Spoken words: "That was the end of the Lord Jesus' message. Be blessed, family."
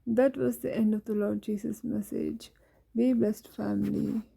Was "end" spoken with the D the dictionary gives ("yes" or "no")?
yes